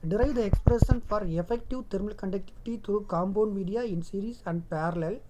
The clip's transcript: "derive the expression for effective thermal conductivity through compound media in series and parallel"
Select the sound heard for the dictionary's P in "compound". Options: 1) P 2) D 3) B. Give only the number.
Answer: 3